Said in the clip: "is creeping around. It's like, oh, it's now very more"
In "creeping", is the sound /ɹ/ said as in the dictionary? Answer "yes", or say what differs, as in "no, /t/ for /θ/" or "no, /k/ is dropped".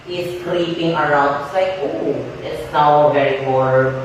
no, /l/ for /ɹ/